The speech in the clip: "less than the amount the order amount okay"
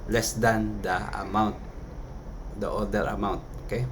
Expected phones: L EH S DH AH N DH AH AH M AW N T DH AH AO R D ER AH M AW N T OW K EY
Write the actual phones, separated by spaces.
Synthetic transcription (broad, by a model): L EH S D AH N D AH AH M AW N T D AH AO L D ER AH M AW N T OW K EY